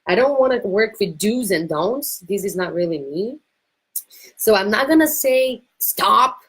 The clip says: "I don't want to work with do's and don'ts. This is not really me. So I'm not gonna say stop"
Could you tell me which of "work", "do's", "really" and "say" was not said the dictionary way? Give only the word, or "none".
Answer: none